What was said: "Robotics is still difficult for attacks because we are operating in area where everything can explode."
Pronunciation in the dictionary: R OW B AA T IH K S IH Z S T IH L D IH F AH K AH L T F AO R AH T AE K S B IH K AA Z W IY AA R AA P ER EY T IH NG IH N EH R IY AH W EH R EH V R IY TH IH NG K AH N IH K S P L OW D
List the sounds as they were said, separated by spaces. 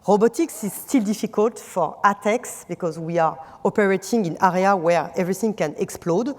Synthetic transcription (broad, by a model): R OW B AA T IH K S IH Z S T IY L D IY F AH K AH L T F AO R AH T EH K S B IH K AA Z W IY AA R AA P ER EY T IH NG IH N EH R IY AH W EH R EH V R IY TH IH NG K AH N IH K S P L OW D